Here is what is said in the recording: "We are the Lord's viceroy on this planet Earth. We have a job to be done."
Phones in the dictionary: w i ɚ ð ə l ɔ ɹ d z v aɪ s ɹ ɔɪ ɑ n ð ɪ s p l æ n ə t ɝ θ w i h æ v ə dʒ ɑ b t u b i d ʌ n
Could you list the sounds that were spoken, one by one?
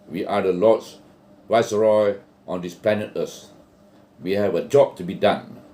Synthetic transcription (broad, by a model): w i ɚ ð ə l ɔ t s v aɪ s ɹ ɔɪ ɑ n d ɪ s p l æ n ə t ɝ s w i h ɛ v ə dʒ ɑ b t u b i d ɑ n